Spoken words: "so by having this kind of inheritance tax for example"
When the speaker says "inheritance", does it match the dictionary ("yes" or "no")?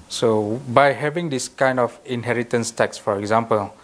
yes